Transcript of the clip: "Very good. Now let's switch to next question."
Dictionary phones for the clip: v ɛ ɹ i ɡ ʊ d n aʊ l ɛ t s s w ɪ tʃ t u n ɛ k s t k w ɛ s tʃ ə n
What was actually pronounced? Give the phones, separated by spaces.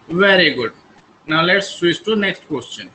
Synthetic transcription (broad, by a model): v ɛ ɹ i ɡ ʊ d n aʊ l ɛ t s s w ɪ s t u n ɛ k s t k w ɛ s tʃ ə n